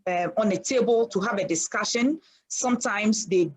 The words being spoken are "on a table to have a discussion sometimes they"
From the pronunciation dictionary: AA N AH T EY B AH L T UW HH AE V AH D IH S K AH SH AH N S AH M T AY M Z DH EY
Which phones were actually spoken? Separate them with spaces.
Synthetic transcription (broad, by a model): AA N AH T EY B AH L T UW HH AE V AH D IH S K AH SH AH N S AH M T AY M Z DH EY